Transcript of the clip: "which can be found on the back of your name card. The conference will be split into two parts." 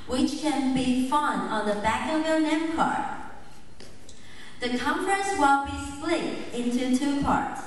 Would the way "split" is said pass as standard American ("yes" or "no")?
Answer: no